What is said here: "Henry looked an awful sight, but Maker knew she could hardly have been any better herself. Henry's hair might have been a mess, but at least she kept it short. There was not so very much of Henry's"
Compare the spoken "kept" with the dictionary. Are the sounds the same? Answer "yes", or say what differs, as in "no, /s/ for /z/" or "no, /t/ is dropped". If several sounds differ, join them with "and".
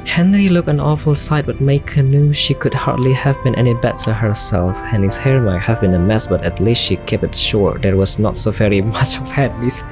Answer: no, /t/ is dropped